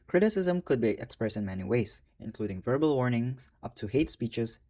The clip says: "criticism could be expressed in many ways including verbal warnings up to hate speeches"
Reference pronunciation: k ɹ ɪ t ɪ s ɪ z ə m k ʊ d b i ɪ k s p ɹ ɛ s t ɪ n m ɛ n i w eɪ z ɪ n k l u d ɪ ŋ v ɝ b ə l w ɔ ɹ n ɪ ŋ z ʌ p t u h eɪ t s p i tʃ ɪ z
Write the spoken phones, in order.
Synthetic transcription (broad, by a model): k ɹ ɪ t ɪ s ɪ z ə m k ʊ d b i ɪ k s p ɹ ɛ s t ɪ n m ɛ n i w eɪ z ɪ n k l u d ɪ ŋ v ɝ b ə l w ɔ ɹ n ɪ ŋ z ʌ p t u h eɪ t s p i tʃ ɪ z